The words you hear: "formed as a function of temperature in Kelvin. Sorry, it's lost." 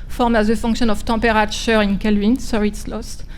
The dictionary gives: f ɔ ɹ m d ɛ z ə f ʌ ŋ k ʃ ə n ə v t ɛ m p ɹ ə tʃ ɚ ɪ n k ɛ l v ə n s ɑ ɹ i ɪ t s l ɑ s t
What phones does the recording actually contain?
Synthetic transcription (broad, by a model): f ɔ ɹ m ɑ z ə f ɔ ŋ k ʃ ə n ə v t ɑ p ɹ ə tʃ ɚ ɪ n k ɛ l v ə n s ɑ i t s l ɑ s t